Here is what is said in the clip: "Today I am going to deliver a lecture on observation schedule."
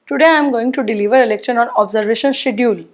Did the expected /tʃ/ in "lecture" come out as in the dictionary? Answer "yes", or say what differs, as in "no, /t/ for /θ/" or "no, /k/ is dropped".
no, /ʃ/ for /tʃ/